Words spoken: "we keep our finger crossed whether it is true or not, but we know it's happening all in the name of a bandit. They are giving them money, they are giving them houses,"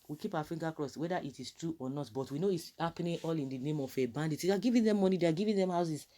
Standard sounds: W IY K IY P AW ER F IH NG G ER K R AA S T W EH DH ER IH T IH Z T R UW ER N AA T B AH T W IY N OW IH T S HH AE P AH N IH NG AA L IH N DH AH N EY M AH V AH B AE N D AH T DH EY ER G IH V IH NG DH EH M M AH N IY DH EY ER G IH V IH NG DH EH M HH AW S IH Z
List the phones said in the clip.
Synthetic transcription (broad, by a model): W IY K IY P AW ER F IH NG G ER K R AA S W EH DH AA IH T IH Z T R UW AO N AA T B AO T W IY N OW IH T S HH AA P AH N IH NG AA L IH N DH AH N EY M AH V AH B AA N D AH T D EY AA G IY V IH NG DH EH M M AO N IY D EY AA G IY V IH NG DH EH M HH AW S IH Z